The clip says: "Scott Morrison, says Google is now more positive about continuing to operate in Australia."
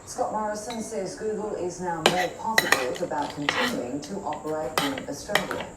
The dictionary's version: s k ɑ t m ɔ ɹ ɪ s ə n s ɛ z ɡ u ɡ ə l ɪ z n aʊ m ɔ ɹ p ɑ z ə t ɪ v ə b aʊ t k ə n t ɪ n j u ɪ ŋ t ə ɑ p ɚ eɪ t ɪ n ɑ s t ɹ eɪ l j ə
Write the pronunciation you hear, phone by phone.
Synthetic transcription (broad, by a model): s k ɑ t m ɔ ɹ ɪ s ə n s ɛ z ɡ u ɡ ə l ɪ z n aʊ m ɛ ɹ p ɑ s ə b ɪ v ə b aʊ t k ə n t ɪ n j u ɪ ŋ t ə ɑ p ɚ eɪ t ɪ n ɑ s t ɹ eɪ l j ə